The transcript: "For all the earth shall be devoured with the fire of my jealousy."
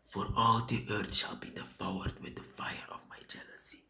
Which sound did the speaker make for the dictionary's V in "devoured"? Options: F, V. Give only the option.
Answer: F